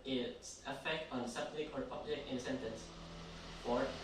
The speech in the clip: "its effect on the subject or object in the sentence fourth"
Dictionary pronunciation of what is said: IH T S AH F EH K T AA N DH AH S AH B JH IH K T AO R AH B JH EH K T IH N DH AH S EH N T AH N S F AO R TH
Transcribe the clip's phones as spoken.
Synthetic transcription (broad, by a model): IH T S AH F EH K T AA N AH S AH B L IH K AO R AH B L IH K IH N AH S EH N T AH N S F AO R